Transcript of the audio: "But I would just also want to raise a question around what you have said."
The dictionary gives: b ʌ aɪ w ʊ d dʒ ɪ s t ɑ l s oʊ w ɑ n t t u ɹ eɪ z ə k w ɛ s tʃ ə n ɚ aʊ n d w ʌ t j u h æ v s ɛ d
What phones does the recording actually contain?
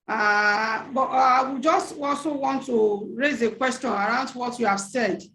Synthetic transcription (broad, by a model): b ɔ aɪ w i dʒ ɪ s t ɑ l s oʊ w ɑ n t t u ɹ eɪ z ə k w ɛ s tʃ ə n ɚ aʊ n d w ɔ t j u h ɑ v s ɛ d